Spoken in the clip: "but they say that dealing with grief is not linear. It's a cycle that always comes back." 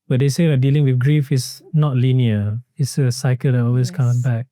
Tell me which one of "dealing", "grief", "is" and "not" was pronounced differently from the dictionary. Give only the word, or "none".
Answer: is